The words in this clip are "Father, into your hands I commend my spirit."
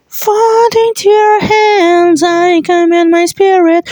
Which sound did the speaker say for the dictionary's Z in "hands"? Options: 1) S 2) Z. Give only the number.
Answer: 2